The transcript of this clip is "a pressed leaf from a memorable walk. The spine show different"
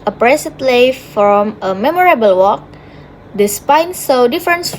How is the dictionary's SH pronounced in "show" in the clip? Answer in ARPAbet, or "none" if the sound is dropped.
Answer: S